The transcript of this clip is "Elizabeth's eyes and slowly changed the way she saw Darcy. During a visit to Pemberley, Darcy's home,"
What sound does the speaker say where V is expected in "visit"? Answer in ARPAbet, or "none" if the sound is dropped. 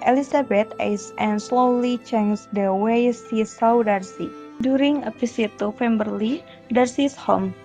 P